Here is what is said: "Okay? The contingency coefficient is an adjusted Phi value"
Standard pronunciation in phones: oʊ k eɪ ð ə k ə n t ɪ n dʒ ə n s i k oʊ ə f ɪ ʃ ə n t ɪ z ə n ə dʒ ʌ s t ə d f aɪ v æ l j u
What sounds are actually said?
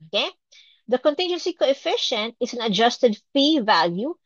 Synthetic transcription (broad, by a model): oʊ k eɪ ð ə k ə n t ɪ n dʒ ə n s i k oʊ ə f ɪ ʃ ə n t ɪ s ə n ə dʒ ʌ s t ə d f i v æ l j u